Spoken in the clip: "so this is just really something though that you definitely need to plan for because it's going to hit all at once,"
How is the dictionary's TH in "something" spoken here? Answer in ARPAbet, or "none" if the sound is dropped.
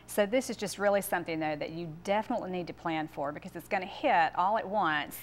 TH